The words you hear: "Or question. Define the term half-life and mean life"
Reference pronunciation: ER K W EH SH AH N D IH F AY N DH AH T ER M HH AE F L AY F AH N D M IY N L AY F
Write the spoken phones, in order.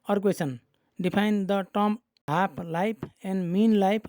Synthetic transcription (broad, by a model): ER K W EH S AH N D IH P AY N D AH T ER M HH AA P L AY P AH N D M IY N L AY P